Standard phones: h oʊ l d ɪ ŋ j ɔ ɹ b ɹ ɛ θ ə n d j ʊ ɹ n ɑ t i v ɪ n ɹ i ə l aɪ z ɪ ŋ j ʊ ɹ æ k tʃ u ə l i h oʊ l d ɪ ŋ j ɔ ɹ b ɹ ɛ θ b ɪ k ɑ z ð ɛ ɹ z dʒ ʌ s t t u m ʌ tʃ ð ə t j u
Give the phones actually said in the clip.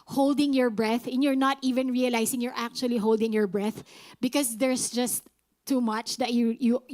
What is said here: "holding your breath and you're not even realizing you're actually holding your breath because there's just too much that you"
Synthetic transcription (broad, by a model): h oʊ l d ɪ ŋ j ɔ ɹ b ɹ ɛ θ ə n j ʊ ɹ n ɑ t i v ɪ n ɹ i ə l aɪ s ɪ ŋ j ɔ ɹ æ k tʃ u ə l i h oʊ l d ɪ ŋ j ɔ ɹ b ɹ ɛ θ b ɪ k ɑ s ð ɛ ɹ s dʒ ʌ s t t u m ʌ tʃ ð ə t j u